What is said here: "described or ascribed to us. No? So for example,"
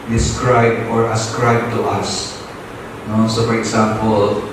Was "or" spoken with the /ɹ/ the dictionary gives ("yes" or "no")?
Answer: yes